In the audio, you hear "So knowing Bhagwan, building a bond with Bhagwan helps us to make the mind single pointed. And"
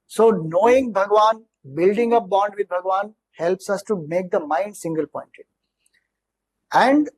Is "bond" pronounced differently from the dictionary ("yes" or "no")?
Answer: no